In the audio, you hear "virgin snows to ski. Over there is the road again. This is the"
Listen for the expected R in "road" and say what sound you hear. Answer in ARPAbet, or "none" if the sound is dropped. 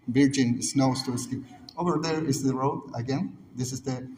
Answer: R